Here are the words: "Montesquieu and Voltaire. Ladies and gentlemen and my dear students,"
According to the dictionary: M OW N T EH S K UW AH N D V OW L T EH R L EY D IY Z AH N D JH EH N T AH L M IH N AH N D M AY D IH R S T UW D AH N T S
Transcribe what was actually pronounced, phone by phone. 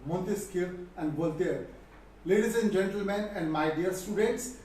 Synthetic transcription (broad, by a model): M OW N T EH S K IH AH N D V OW L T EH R L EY D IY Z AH N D JH EH N T AH L M IH N AH N D M AY D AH R S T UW D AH N T S